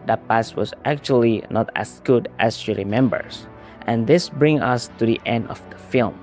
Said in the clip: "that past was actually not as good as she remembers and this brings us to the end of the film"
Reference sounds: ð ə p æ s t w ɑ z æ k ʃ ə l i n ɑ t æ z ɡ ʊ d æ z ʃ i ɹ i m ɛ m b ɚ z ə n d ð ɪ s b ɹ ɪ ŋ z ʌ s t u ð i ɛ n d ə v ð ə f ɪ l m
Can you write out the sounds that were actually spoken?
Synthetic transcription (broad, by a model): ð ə p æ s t w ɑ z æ k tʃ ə l i n ɑ t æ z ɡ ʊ d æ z ʃ i ɹ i m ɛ m b ɚ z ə n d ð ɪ s b ɹ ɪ ŋ ʌ s t u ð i ɛ n d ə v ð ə f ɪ l m